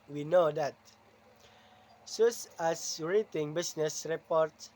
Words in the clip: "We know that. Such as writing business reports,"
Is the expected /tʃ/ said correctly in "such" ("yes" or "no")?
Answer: no